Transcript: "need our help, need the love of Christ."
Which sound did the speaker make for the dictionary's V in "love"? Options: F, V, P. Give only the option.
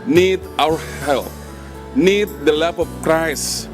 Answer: P